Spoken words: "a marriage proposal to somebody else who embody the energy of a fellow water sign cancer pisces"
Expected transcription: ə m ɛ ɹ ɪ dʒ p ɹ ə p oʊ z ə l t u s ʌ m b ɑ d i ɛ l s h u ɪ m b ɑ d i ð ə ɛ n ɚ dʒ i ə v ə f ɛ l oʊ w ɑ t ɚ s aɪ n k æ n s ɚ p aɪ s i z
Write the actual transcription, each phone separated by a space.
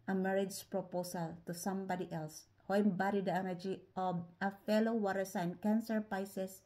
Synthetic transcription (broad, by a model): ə m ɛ ɹ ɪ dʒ p ɹ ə p oʊ s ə l t u s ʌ m b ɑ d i ɛ l s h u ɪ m b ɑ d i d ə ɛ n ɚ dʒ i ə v ə f ɛ l oʊ w ɑ t ɚ s aɪ n k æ n s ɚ p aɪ s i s